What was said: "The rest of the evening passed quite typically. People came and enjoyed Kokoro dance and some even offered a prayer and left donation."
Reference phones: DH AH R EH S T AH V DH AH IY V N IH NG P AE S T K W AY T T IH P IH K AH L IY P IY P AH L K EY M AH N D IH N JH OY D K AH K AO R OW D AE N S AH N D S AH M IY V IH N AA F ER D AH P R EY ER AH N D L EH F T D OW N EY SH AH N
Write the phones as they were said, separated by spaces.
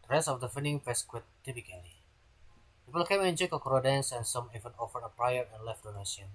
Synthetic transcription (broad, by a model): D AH R EH S T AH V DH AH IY N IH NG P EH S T K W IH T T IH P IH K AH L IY P IY P AH L K EY M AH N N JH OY K AH K AO R OW D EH N S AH N S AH M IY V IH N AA F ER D AH P R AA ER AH N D L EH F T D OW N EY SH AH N